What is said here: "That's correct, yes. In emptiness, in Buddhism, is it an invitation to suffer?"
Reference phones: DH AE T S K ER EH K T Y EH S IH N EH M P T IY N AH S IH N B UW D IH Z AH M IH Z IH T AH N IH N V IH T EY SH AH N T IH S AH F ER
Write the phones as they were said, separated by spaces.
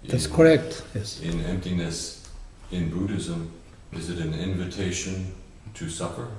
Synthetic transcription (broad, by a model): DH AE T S K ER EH K T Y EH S IH N EH M P T IY N AH S IH N B UW D IH Z AH M IH Z IH T AH N IH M V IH T EY SH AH N T IH S AH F ER